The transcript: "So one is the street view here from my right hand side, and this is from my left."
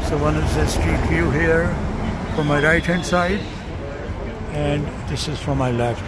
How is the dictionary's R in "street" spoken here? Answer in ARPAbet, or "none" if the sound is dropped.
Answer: none